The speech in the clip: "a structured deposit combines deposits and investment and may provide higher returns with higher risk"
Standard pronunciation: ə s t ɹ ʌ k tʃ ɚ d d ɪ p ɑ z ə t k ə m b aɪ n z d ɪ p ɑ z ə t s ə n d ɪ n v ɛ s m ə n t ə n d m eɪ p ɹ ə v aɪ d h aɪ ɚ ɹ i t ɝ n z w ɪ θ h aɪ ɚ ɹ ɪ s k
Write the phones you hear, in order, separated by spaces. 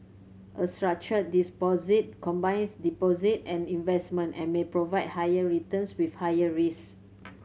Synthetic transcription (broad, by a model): ə s t ɹ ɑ k tʃ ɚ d d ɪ p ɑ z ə t k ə m b aɪ n s d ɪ p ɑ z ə t ə n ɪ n v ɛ s m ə n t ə n m eɪ p ɹ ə v aɪ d h aɪ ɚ ɹ i t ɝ n s w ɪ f h aɪ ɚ ɹ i s